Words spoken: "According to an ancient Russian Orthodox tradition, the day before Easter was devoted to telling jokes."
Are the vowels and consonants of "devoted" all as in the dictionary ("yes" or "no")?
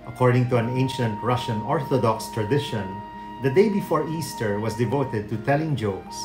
yes